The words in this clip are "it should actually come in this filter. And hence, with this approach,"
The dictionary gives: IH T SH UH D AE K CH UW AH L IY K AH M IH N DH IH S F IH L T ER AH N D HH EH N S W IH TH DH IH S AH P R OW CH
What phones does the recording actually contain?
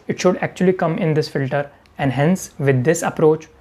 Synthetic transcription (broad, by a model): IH T SH UH D AE K CH UW AH L IY K AH M IH N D IH S F IH L T ER AH N D HH EH N S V IH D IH S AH P R OW CH